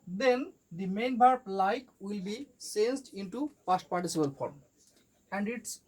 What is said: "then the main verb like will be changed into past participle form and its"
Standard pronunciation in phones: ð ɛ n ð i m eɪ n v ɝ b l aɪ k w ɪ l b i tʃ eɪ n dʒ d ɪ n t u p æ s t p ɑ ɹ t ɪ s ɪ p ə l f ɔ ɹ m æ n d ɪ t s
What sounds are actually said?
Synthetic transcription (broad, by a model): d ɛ n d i m eɪ n b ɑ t l aɪ k w ɪ l b i s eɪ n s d ɪ n t u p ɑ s t p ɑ ɹ t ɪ s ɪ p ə l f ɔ ɹ m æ n d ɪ t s